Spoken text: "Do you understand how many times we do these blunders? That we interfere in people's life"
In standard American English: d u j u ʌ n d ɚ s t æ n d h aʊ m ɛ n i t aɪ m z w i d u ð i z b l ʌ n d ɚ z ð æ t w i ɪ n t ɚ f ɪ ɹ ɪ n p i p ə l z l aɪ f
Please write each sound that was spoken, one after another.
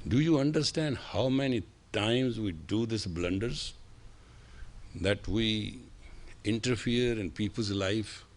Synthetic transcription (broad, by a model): d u j u ʌ n d ɚ s t æ n d h aʊ m ɛ n i t aɪ m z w i d u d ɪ s b l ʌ n d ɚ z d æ t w i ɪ n t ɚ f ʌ ɹ ɪ n p i p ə l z l aɪ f